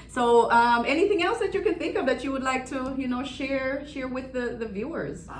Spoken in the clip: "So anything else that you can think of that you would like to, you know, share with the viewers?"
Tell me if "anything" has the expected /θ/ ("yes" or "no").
yes